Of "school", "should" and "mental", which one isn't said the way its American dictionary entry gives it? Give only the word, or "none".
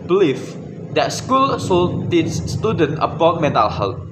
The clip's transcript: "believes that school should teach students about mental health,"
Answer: should